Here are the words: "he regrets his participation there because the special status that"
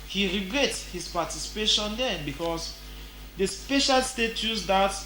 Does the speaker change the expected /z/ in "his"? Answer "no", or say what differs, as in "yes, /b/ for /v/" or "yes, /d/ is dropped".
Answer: yes, /s/ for /z/